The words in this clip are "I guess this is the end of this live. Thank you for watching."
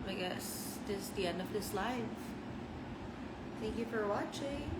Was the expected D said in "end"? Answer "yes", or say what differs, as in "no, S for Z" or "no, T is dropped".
yes